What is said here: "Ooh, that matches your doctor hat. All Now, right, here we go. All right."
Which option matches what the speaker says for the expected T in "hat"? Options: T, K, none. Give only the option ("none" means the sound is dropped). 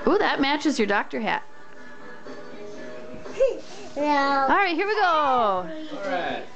T